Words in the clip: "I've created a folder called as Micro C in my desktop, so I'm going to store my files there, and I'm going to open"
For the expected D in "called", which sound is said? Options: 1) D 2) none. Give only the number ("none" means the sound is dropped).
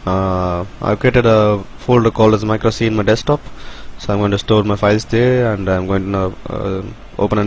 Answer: 2